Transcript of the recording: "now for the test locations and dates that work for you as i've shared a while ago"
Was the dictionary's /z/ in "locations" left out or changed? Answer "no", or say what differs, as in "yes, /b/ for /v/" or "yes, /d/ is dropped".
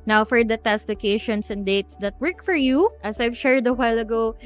yes, /s/ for /z/